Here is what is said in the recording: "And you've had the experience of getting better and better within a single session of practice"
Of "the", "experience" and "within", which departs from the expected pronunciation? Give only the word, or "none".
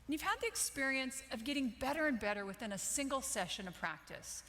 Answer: none